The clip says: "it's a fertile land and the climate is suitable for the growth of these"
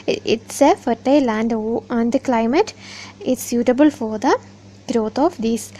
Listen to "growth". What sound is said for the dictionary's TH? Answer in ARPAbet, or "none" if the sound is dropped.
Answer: T